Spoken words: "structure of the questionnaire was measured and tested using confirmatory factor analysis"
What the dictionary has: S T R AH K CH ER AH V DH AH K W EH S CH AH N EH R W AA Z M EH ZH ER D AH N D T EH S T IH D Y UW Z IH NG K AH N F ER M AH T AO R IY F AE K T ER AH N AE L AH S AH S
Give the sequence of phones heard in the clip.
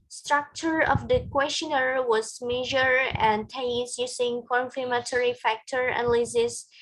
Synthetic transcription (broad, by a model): S T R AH K CH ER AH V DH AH K W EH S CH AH N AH R W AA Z M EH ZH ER AH N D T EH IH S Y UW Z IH NG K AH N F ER M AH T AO R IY F AE K T ER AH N L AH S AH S